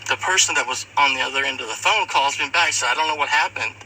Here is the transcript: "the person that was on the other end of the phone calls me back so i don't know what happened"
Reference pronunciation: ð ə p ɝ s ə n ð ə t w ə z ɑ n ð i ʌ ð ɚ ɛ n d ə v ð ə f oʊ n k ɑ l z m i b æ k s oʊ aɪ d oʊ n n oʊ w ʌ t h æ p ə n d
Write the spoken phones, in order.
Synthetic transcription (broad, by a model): ð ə p ɝ s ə n ð ə t w ə z n ð i ʌ ð ɚ ɛ n d ə v ð ə f oʊ n k ɑ l z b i b æ k s oʊ aɪ d oʊ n n oʊ w ʌ t h æ p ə n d